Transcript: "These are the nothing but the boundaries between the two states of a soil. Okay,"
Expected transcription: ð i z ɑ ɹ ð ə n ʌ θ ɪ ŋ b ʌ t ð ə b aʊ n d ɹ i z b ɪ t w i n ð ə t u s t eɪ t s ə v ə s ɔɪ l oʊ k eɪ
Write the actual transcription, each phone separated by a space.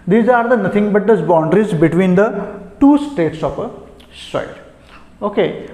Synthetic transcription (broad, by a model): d i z ɑ ɹ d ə n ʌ t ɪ ŋ b ʌ t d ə b aʊ n d ɹ i z b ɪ t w i n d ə t u s t eɪ t s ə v ə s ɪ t oʊ k eɪ